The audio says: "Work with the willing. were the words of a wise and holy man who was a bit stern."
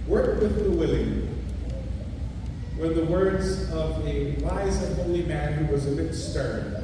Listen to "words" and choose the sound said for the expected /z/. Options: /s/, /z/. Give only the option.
/z/